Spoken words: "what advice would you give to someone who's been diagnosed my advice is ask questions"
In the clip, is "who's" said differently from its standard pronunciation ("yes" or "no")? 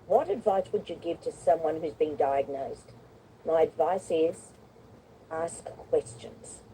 no